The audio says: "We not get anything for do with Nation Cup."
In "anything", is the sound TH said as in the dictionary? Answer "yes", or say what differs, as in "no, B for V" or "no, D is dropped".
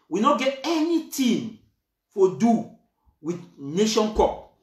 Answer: no, T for TH